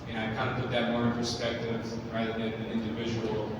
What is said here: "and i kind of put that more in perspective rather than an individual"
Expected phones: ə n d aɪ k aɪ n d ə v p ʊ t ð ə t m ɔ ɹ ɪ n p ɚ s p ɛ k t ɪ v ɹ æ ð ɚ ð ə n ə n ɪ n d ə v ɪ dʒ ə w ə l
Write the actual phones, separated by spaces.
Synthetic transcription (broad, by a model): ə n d aɪ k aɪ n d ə p ʊ t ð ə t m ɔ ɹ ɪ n p ɚ s p ɛ k t ɪ v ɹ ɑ ɪ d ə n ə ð ɪ n d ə v ɪ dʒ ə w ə l